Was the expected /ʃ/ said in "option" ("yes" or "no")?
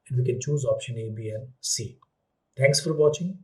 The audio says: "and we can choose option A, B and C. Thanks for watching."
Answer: yes